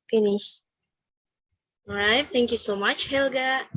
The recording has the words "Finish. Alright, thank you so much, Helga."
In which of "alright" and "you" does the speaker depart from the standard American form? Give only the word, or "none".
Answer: alright